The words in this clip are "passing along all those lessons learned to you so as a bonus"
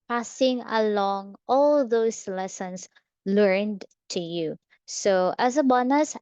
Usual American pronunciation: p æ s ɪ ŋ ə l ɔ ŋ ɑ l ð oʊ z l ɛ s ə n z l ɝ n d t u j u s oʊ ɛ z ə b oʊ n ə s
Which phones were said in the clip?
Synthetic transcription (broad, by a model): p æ s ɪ ŋ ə l ɔ ŋ ɑ l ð oʊ s l ɛ s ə n s l ɝ n d t u j u s oʊ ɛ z ə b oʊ n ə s